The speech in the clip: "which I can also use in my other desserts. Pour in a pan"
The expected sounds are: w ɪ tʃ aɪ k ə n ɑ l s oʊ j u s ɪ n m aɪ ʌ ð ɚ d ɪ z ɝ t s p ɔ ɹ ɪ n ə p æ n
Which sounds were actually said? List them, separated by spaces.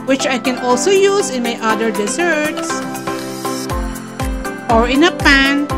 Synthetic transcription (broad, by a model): w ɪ tʃ aɪ k ə n ɑ l s oʊ j u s ɪ n m aɪ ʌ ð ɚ d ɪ s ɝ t s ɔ ɹ ɪ n ə p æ n